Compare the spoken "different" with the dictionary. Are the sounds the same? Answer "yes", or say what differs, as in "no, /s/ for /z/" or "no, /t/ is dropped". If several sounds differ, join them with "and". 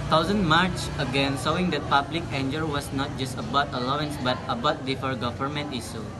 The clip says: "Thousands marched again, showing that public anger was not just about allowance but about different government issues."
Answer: no, /ɹ/ is dropped and /n/ is dropped